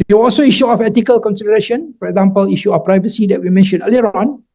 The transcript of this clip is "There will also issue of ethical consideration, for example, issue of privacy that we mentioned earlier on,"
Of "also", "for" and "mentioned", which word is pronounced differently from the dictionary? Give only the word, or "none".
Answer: mentioned